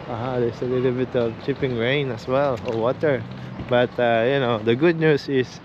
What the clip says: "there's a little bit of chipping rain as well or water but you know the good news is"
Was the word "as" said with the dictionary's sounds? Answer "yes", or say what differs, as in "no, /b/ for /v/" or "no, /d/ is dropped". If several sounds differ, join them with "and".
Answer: no, /s/ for /z/